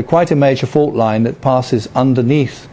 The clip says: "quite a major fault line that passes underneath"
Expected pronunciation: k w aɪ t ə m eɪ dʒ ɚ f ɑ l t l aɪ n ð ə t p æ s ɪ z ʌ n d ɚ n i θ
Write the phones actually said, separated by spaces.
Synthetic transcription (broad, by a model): k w aɪ t ə m eɪ dʒ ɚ f ɑ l t l aɪ n ð ə t p æ s ɪ z ʌ n d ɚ n i θ